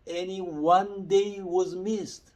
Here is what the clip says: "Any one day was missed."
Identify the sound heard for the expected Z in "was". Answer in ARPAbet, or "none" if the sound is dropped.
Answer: Z